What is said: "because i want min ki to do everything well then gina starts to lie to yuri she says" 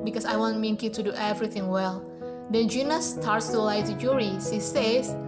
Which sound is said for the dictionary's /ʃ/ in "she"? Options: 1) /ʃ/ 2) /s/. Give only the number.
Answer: 2